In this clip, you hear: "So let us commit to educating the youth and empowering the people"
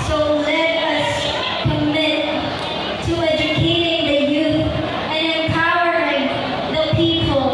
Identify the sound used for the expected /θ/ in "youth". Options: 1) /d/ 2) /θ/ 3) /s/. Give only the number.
2